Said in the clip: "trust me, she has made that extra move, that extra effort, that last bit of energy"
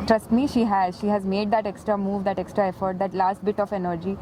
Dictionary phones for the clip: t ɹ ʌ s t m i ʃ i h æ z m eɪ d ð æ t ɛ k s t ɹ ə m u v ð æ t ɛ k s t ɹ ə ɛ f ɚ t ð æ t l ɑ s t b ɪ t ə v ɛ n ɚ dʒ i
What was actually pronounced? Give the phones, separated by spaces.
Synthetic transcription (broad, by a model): t ɹ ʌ s t m i ʃ i h æ z m eɪ d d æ t ɛ k s t ɹ ə m u v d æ t ɛ k s t ɹ ə ɛ f ɚ t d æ t l ɑ s t b ɪ t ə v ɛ n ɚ dʒ i